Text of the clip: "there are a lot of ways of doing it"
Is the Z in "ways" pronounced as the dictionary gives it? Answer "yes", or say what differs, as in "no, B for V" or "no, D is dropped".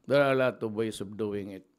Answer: no, S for Z